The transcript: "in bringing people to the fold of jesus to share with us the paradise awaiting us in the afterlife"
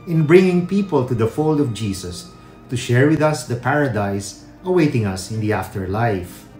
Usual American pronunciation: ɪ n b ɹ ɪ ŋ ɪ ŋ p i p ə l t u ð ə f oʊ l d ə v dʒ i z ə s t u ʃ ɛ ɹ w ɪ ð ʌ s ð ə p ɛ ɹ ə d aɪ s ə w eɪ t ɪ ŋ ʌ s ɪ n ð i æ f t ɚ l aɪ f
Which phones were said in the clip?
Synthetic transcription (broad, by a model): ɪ n b ɹ ɪ ŋ ɪ ŋ p i p ə l t u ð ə f oʊ l d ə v dʒ i s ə s t u ʃ ɛ ɹ w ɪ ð ʌ s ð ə p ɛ ɹ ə d aɪ s ə w eɪ t ɪ ŋ ʌ s ɪ n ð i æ f t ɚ l aɪ f